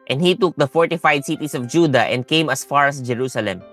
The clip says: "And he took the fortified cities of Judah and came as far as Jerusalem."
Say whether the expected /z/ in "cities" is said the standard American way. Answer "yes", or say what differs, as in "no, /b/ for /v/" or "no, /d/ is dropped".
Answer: no, /s/ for /z/